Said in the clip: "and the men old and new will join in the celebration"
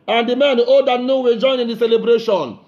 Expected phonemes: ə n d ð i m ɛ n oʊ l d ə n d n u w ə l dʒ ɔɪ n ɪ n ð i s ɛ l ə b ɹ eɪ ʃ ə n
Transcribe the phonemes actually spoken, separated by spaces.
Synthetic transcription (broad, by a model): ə n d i m ɛ n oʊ d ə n n u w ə dʒ ɔɪ n ɪ n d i s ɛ l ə b ɹ eɪ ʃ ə n